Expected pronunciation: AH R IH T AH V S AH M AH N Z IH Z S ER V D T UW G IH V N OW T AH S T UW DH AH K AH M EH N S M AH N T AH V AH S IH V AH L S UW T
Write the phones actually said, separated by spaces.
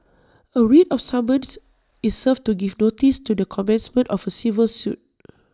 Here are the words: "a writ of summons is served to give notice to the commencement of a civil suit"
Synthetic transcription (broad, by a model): AH R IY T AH F S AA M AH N S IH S S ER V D T UW G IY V N OW T AH S T UW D AH K AH M EH N S M AH N T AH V AH S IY V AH L S UW T